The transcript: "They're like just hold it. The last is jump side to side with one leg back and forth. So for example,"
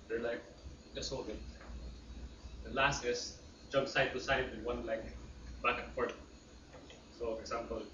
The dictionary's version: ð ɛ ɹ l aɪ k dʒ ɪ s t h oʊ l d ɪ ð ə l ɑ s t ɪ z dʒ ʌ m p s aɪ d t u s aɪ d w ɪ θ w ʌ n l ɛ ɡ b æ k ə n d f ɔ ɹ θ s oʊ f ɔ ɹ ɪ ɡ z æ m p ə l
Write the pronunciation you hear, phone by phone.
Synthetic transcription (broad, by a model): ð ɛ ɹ l aɪ k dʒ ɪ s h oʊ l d ɪ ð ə l ɑ s t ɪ s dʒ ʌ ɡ s aɪ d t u s aɪ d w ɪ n w ʌ n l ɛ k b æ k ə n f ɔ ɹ t s oʊ f ɔ ɹ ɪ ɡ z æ m p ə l